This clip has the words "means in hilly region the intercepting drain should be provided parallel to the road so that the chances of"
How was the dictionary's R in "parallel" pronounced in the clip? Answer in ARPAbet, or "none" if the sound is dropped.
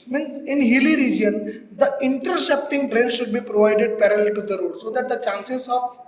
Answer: R